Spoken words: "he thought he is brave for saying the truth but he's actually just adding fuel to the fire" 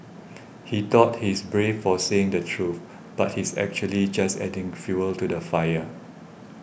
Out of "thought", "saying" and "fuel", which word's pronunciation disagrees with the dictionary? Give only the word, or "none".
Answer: thought